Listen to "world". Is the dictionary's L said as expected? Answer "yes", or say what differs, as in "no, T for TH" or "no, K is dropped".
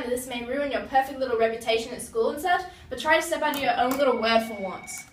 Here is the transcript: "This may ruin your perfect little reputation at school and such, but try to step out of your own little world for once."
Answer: no, L is dropped